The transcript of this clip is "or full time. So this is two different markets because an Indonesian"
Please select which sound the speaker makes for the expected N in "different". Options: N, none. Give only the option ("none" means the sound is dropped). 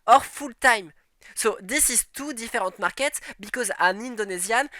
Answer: none